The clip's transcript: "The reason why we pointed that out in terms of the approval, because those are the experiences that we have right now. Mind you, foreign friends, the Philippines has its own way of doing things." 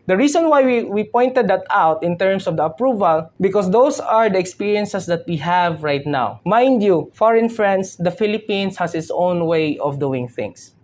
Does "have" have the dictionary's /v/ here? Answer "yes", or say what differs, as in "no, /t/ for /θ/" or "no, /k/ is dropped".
yes